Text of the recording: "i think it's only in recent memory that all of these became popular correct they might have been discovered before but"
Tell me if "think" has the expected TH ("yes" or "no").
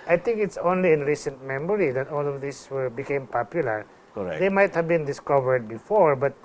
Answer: no